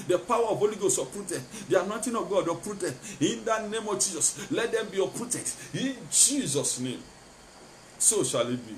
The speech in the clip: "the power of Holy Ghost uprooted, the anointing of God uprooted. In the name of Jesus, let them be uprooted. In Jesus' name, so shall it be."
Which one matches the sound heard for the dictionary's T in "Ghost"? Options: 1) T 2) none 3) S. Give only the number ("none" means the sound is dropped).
2